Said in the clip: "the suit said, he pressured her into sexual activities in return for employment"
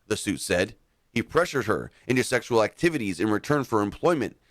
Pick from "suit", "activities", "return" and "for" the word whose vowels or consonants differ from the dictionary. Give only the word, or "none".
none